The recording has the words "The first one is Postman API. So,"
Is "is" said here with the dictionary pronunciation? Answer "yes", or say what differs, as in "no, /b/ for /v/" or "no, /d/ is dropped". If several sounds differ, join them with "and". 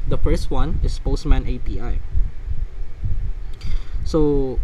no, /s/ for /z/